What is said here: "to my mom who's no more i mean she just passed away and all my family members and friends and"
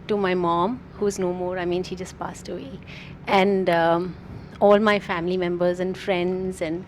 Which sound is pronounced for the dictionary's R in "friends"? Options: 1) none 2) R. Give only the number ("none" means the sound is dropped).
2